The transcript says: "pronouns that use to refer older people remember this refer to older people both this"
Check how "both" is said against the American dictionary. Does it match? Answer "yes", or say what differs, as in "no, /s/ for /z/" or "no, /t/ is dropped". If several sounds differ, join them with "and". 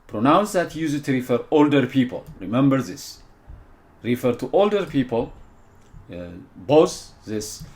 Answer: no, /s/ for /θ/